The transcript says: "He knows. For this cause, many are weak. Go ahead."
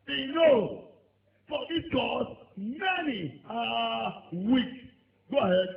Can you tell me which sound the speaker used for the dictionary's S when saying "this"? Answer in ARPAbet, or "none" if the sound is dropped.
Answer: none